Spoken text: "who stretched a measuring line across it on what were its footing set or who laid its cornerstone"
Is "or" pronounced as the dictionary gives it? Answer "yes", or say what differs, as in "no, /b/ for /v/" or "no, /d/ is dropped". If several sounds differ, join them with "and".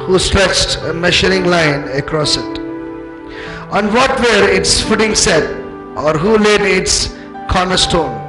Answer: yes